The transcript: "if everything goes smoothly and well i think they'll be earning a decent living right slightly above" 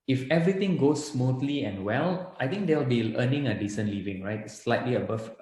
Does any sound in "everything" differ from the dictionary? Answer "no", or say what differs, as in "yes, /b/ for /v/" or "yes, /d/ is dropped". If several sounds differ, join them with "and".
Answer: yes, /t/ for /θ/